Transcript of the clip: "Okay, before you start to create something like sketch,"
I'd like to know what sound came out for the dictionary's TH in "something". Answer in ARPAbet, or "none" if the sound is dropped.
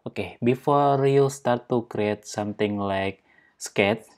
T